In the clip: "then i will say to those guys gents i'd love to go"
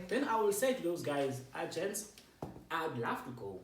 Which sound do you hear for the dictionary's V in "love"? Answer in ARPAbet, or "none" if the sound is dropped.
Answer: F